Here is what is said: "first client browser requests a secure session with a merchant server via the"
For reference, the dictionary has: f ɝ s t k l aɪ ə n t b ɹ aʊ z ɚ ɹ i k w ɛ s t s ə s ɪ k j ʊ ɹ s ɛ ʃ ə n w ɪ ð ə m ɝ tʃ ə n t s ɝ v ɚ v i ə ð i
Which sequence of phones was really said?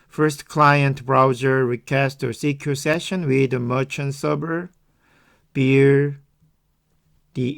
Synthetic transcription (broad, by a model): f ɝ s t k l aɪ ə n t b ɹ aʊ z ɚ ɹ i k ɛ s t ə s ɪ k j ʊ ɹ s ɛ ʃ ə n w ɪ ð ə m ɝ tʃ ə n s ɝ b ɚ b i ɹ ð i